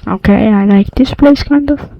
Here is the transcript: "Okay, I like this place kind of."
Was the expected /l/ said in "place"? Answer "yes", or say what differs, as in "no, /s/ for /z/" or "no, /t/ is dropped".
yes